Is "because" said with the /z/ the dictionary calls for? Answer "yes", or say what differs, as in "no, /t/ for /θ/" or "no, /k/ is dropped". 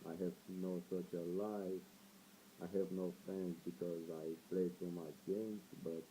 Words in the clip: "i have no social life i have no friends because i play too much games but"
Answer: yes